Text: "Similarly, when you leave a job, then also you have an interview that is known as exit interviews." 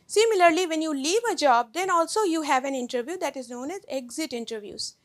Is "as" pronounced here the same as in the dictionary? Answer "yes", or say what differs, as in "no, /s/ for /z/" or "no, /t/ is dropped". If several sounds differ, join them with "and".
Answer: yes